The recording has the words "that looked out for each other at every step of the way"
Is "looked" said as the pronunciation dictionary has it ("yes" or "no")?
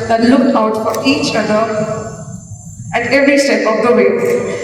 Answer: no